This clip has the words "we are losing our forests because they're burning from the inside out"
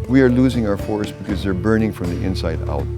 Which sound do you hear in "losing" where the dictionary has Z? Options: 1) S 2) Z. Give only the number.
2